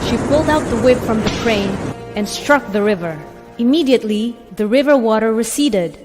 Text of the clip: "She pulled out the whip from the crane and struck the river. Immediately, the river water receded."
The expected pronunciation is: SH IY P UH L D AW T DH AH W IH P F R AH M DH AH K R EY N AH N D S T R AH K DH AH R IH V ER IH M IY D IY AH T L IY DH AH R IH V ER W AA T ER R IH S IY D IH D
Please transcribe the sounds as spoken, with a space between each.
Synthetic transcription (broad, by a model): SH IY P UH L D AW T DH AH W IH B F R AH M DH AH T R EY N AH N S T R AH K DH AH R IH V ER IH M IY D IY AH T L IY DH AH R IH V ER W AA T ER R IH S IY D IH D